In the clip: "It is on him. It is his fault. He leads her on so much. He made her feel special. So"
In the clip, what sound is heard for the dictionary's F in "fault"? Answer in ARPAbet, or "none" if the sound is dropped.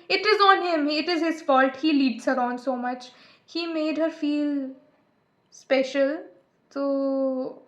F